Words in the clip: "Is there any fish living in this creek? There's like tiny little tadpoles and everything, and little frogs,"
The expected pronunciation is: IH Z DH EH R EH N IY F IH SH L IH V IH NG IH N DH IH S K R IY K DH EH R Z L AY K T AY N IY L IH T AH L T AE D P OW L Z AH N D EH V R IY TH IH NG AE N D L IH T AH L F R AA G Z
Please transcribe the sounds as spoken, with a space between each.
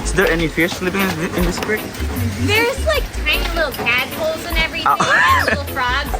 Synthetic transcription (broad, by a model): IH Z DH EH R EH N IY F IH S L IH P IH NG IH N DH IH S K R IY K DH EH R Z L AY K T AY N IY L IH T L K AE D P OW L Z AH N EH V R IY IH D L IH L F R AA G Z